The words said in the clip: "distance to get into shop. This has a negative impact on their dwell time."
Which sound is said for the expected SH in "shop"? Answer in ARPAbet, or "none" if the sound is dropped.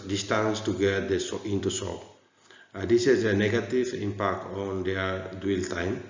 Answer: S